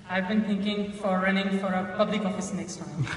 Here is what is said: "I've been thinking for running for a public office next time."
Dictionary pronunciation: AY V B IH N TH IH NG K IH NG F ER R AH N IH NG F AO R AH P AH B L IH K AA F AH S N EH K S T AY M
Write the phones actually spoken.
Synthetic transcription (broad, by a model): AY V B IH N T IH NG K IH NG F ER R AH N IH NG F AO R AH P AH B L IH K AA F AH S N EH K S T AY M